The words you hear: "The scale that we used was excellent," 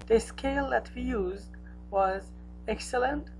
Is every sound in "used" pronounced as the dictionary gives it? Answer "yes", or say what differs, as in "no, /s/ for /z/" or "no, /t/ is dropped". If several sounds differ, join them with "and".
yes